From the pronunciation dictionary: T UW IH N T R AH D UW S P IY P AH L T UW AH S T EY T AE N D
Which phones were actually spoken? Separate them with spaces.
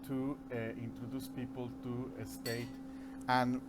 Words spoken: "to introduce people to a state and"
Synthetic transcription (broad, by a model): T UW IH N T R AH D UW S P IY P AH L T UW AH S T EY T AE N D